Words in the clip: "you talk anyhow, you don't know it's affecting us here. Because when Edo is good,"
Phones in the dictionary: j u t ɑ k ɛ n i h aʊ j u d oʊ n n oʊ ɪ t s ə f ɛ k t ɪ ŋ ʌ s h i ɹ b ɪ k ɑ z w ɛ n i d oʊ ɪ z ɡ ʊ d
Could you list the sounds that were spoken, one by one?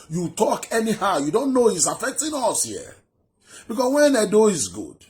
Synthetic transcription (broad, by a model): j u t ɑ k ɛ n i h aʊ j u d oʊ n n oʊ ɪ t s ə f ɛ k t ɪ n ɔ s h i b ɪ k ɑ s w ɛ n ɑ d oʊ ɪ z ɡ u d